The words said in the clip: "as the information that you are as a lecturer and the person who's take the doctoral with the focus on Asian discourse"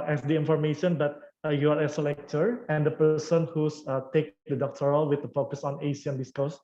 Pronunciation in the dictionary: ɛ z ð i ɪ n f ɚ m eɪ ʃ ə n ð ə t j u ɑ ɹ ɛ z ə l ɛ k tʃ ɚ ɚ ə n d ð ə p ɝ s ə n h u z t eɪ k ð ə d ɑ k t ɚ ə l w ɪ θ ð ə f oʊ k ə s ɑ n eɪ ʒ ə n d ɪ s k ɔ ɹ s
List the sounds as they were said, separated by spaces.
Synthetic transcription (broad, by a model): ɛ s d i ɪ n f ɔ m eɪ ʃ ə n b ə t j u ɑ ɹ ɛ s ə l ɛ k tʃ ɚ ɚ ə n d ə p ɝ s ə n h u s t eɪ k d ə d ɑ k t ɚ ə l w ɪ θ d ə f oʊ k ə s ɑ n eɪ s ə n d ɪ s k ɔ s